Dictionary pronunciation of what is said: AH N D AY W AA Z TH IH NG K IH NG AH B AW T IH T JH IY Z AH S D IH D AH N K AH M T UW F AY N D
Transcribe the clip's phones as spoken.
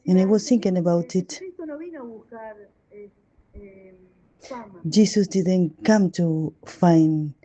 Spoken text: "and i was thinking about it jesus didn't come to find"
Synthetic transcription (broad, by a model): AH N AY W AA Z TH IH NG K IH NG AH B AW T IH T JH IY S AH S D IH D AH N K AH M T UW F AY N